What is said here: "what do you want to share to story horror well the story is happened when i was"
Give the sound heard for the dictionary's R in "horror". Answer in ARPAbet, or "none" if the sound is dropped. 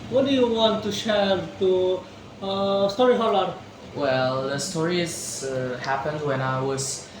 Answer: L